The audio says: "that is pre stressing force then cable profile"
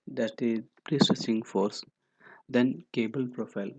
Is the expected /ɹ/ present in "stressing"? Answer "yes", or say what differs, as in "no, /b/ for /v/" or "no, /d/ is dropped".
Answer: no, /ɹ/ is dropped